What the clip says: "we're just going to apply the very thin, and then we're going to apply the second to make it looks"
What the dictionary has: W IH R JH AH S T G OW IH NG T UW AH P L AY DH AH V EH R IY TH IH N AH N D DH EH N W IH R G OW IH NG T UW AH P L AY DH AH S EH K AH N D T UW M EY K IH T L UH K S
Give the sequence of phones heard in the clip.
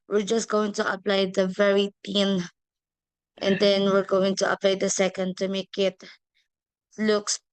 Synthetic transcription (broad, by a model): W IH R JH AH S T G OW IH NG T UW AH P L AY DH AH V EH R IY T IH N AH N D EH N W IH R G OW IH NG T UW AH P L AY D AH S EH K AH N D T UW M EY K IH T L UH K S